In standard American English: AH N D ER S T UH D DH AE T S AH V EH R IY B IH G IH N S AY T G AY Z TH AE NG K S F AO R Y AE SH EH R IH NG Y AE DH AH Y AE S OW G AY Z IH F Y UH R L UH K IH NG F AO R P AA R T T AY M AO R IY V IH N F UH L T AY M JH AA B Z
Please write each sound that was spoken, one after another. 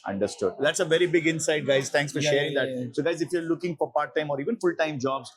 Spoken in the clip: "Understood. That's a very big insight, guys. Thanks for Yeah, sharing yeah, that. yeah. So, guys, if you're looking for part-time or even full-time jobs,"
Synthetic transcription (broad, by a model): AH N D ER S T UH D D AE T S AH V EH R IY B IH G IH N S AY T G AY Z T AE NG K S F AO R SH EH R IH NG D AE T S OW G AY Z IH F Y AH R L UH K IH NG F AO R P AA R T T AY M AO R IY V IH N F UH L T AY M JH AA B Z